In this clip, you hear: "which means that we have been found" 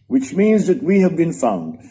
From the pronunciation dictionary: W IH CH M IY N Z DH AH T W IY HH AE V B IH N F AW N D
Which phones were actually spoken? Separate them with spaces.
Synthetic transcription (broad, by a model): W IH CH M IY N Z DH AH T W IY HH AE V B IH N F AW N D